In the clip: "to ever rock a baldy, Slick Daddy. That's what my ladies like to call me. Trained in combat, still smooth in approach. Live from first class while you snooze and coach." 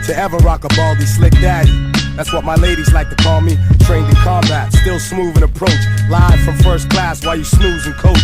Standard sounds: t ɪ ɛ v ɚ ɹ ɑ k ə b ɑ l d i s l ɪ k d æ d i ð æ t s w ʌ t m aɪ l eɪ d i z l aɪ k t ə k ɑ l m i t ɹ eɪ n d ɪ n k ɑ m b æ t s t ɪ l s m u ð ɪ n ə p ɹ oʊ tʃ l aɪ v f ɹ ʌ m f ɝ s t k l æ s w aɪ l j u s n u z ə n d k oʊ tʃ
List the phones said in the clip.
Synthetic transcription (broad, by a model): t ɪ ɛ v ɚ ɹ ɑ k ə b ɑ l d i s l ɪ k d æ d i ð æ t s w ʌ t m aɪ l eɪ d i z l aɪ k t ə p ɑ n m i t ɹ eɪ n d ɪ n k ɑ m b æ t s t ɪ l s m u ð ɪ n ə p ɹ oʊ tʃ l aɪ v f ɹ ʌ m f ɝ s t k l æ s w aɪ l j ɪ s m u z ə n k oʊ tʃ